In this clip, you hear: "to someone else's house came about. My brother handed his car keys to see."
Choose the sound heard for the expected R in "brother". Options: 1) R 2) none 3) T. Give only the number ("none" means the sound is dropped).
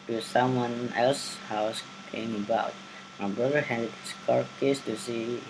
2